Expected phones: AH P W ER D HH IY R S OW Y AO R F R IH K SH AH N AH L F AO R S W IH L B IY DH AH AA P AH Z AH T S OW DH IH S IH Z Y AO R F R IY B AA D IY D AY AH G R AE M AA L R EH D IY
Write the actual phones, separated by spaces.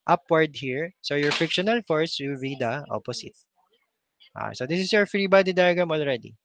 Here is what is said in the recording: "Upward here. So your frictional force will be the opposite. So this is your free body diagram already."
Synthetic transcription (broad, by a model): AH P W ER D HH IY R S OW Y AO R F IH K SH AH N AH L F AO R S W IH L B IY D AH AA P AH S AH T S OW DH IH S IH S Y AO R F R IY B AA D IY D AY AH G AH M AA L R EH D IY